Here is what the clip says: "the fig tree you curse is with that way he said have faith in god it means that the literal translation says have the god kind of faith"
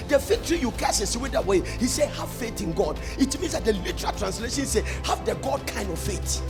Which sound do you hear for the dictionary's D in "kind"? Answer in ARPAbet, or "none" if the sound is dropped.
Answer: D